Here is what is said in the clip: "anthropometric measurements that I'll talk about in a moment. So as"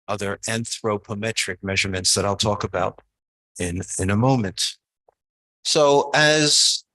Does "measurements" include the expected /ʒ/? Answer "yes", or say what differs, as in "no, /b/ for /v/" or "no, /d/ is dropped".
yes